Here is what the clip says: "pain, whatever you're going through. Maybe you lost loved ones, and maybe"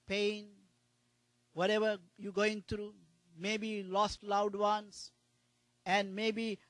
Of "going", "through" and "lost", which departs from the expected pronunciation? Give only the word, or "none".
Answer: through